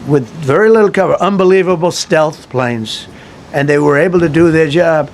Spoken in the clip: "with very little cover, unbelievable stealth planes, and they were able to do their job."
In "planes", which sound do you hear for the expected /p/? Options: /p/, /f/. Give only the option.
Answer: /p/